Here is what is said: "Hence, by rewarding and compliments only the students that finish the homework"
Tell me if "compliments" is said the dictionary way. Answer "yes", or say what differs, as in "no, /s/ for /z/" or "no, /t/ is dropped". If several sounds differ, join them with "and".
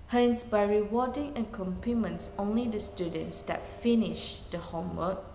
no, /l/ is dropped